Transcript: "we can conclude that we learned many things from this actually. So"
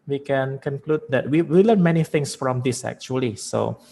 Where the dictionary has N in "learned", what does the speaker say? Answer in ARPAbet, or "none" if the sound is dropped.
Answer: L